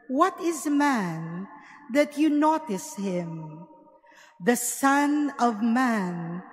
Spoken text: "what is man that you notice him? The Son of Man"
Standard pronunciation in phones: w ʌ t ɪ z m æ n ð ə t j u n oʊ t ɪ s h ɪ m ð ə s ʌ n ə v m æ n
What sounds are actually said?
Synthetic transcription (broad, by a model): w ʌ t ɪ z m æ n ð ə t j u n oʊ t ɪ s h ɪ m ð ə s ʌ n ə v m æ n